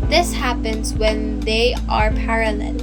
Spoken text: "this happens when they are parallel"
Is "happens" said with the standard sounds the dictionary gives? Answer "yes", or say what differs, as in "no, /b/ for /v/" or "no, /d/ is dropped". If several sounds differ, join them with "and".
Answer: yes